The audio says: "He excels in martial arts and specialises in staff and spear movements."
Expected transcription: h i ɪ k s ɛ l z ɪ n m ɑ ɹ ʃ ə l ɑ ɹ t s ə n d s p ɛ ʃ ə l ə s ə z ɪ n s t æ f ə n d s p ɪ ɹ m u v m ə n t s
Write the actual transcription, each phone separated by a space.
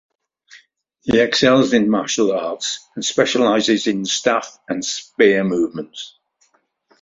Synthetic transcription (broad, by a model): h i ɪ k s ɛ l z ɪ n m ɑ ʃ ə l ɑ t s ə n s p ɛ ʃ ə l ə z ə z ɪ n s t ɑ f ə n s p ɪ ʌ m u v m ə n t s